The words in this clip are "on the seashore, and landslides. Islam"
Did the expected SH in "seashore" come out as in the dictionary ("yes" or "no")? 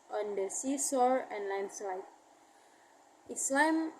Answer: no